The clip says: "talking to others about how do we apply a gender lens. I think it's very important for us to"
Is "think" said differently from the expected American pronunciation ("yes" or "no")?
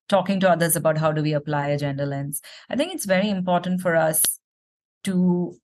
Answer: yes